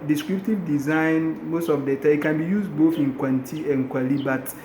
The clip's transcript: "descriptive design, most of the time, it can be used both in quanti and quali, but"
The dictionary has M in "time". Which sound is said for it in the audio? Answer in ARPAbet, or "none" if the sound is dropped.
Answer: none